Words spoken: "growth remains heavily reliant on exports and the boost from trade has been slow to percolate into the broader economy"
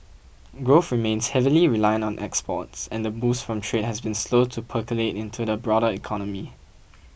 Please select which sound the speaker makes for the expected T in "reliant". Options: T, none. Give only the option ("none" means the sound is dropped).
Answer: none